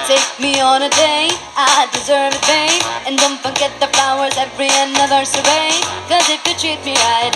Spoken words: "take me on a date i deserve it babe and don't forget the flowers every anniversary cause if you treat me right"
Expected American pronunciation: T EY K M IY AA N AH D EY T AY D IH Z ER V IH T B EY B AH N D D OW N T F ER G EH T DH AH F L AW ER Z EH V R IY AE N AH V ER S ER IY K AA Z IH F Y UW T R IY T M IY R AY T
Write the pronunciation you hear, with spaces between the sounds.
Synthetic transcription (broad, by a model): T EY K M IY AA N AH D EY AY D IH Z ER V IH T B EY AH N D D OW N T F ER G EH T DH AH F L AW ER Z EH V R IY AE N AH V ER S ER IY K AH Z IH F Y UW T R IY T M IY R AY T